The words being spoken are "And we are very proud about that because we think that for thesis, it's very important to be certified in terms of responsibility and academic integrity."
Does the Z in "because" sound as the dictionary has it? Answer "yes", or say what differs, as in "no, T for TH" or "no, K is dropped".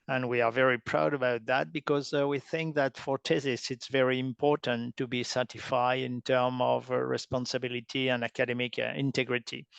yes